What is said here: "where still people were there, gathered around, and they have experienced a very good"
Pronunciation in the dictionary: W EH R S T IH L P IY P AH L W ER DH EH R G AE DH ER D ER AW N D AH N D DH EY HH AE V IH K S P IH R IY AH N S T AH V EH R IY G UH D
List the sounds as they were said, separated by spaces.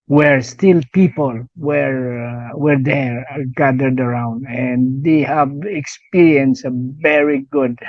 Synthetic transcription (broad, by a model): W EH R S T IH L P IY P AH L W ER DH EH R G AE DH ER D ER AW N D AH N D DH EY HH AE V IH K S P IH R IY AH N S AH V EH R IY G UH D